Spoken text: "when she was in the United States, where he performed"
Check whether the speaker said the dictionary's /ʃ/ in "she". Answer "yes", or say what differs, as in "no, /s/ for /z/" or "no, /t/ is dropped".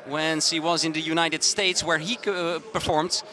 no, /s/ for /ʃ/